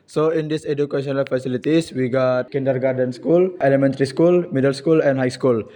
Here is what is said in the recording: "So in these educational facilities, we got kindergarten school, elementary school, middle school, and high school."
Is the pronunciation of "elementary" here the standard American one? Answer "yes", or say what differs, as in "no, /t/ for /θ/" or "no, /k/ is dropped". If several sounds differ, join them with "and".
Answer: yes